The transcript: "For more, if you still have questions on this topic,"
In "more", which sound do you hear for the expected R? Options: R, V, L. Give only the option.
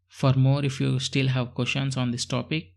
R